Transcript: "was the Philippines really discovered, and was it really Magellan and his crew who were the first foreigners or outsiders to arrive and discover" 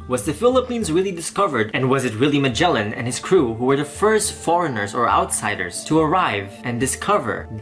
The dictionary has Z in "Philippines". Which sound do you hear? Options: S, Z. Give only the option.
Z